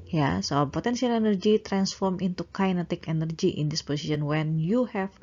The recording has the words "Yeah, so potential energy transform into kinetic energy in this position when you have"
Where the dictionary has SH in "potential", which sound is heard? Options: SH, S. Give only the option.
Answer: S